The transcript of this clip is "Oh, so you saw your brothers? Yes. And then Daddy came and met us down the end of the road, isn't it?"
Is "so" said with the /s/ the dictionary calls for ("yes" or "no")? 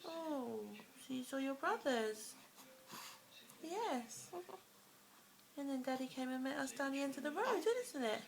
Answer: no